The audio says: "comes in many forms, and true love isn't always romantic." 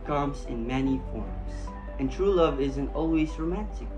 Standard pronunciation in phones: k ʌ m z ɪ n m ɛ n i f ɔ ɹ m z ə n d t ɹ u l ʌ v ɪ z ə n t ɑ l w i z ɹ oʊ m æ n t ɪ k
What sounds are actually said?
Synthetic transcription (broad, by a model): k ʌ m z ɪ n m ɛ n i f ɔ ɹ m z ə n t ɹ u l ʌ v ɪ z ə n t ɑ l w i z ɹ oʊ m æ n t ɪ k